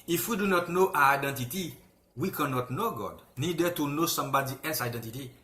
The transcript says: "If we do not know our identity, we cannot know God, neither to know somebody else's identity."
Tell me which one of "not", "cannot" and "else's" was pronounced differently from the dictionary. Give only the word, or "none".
else's